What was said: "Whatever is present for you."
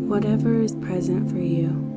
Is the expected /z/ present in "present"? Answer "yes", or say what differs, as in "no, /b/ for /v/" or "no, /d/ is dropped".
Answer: yes